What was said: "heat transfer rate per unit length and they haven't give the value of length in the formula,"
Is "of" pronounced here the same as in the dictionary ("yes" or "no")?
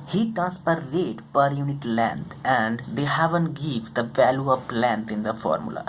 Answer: no